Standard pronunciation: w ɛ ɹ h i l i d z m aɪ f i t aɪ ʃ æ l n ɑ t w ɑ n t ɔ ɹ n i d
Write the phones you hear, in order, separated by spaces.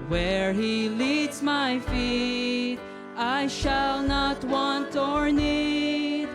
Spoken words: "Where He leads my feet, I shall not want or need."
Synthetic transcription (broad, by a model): w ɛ ɹ h i l i d z m aɪ f i t aɪ ʃ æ l n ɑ t w ɑ n t ɔ ɹ n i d